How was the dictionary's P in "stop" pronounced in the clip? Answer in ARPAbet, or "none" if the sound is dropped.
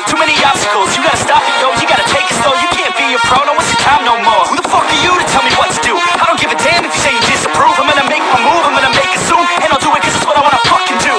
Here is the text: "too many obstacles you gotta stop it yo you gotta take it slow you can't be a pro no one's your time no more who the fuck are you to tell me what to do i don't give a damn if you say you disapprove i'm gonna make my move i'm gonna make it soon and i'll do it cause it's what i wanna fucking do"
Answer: F